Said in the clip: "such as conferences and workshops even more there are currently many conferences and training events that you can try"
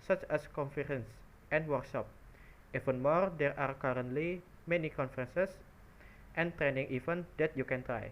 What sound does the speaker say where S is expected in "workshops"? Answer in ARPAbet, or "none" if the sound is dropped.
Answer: none